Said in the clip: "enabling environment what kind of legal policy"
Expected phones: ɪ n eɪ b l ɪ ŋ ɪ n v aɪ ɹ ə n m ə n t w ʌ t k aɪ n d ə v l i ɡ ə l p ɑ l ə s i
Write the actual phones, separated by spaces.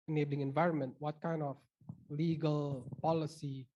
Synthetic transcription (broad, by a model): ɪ n eɪ b l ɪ ŋ ɪ n v aɪ ɹ ə n m ə n t w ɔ t k aɪ n d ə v l i ɡ ə l p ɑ l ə s i